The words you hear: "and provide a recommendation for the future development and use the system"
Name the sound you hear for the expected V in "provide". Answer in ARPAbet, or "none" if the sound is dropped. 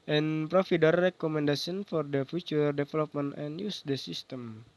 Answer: F